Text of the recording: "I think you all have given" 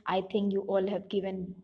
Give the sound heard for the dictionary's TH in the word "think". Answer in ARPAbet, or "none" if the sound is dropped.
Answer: T